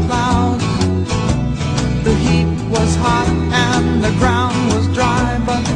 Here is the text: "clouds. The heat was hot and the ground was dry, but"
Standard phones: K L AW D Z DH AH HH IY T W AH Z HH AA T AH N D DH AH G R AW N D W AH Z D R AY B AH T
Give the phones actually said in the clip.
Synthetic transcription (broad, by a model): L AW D DH AH HH IY T W AH Z HH AA T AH N DH AH G R AW N D W AH Z D R AY B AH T